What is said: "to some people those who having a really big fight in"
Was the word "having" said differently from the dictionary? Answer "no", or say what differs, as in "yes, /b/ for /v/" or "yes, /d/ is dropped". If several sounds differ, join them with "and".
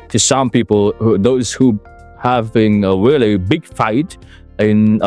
no